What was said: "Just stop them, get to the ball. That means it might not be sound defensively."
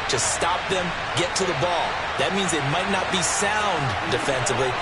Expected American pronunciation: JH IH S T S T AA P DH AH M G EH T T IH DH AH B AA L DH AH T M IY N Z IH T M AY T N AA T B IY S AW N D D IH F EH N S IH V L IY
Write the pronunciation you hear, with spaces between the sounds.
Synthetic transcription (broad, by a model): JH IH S S T AA P DH AH M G EH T T IH DH AH B AA L DH AH T M IY N Z IH T M AY T N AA T B IY S AW N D D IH F EH N S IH V L IY